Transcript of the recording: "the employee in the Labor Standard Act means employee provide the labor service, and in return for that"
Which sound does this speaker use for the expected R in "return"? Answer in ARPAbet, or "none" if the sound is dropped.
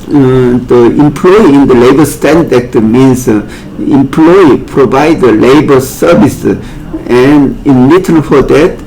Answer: L